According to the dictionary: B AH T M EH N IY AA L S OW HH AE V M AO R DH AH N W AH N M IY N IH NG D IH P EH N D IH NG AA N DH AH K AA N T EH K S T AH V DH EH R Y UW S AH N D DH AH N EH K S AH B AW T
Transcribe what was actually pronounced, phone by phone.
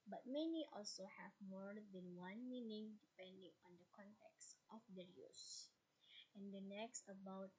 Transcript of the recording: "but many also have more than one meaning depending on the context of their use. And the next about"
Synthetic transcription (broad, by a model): B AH T M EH N IY AA L S OW HH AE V M AO R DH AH N W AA N M IY N IH NG D IH P EH N D IH NG AA N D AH K AA N T EH K S T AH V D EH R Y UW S AH N D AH N EH K S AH B AW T